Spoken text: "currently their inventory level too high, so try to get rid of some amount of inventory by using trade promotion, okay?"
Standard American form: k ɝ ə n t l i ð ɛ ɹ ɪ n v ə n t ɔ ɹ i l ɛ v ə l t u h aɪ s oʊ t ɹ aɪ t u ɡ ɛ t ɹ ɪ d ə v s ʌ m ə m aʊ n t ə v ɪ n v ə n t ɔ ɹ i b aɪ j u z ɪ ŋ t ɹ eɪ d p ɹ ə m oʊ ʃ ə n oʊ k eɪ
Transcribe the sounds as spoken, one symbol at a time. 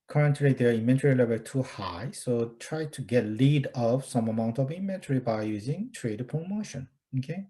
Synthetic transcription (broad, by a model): k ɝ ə n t l i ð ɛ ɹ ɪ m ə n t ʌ ɹ i l ɛ v ə l t u h aɪ s oʊ t ɹ aɪ t u ɡ ɛ t l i d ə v s ʌ m ə m aʊ n t ə v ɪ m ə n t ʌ ɹ i b aɪ j u z ɪ ŋ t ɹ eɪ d p ɹ ə m oʊ ʃ ə n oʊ k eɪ